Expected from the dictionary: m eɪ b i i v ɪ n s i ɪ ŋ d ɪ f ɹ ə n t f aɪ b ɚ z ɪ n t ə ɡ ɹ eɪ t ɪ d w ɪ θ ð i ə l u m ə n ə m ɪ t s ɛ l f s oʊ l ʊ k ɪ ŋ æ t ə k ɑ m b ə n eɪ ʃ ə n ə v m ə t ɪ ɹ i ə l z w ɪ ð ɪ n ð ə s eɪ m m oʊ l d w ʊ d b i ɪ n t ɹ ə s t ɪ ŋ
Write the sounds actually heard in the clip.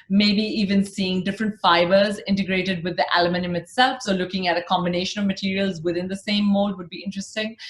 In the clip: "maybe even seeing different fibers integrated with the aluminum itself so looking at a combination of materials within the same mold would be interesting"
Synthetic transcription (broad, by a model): m eɪ b i i v ɪ n s i ɪ ŋ d ɪ f ɹ ə n t f aɪ b ɚ z ɪ n t ə ɡ ɹ eɪ t ɪ d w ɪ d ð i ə l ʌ m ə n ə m ɪ t s ɛ l f s oʊ l ʊ k ɪ ŋ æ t ə k ɑ m b ə n eɪ ʃ ə n ə v m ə t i ɹ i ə l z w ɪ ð ɪ n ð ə s eɪ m m oʊ l d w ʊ d b i ɪ n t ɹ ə s t ɪ ŋ